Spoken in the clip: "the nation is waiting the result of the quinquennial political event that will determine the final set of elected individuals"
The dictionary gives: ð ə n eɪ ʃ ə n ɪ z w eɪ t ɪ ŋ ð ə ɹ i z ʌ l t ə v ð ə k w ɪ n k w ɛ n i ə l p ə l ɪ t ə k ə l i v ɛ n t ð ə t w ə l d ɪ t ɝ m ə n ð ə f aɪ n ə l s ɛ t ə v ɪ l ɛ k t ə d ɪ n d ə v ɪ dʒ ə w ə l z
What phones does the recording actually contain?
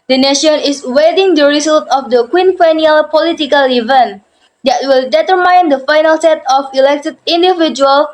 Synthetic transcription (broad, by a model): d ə n eɪ ʃ ə n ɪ s w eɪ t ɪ ŋ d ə ɹ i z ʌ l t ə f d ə k w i n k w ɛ n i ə l p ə l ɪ t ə k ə l i v ɛ n t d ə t w ə l d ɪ t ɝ m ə n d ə f aɪ n ə l s ɛ t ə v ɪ l ɛ k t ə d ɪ n d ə v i dʒ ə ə l